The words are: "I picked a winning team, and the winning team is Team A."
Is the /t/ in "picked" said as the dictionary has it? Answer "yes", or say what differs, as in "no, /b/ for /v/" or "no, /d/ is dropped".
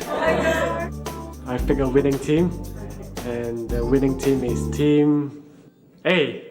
no, /t/ is dropped